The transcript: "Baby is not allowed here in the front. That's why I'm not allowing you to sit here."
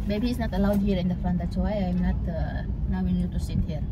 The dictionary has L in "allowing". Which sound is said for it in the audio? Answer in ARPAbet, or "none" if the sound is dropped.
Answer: N